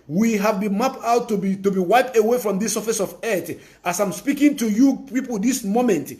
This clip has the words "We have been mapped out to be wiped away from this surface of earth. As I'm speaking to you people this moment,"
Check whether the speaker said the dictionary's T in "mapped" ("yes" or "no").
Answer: no